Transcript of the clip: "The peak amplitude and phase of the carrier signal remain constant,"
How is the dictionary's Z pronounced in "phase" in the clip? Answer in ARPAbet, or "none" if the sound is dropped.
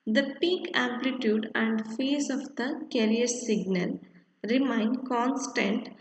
S